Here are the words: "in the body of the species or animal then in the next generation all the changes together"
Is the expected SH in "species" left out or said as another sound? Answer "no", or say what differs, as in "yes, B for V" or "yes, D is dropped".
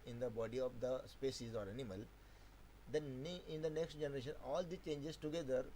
yes, S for SH